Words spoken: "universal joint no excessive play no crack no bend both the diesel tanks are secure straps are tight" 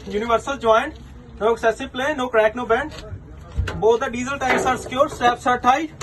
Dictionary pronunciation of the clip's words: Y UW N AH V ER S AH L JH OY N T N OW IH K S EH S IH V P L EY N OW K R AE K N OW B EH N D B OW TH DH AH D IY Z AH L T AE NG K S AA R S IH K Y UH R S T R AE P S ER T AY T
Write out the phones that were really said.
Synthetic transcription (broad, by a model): Y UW N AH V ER S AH L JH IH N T N OW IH K S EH S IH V P L EY N OW K R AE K N OW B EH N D B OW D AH D IY Z AH L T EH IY S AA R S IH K Y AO R S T AE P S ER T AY